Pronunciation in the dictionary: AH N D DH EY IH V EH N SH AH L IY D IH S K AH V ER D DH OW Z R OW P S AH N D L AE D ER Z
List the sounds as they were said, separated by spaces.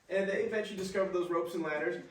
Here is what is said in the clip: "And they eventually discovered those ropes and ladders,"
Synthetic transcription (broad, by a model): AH N DH EY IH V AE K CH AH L IY D IH S K AH V ER D DH OW Z R OW P S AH N L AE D ER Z